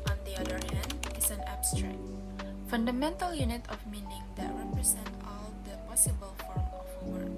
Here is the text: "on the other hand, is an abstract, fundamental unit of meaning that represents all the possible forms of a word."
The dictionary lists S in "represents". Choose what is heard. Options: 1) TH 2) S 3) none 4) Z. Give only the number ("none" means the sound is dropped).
3